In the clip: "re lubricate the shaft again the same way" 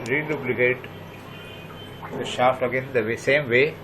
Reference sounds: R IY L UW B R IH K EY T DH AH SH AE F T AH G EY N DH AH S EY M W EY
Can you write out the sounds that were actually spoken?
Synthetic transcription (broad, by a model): R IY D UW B L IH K EY T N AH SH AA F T AH G EY N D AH S EY M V EY